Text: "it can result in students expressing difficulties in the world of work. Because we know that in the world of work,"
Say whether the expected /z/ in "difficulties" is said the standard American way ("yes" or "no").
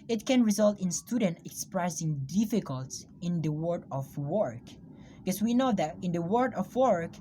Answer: no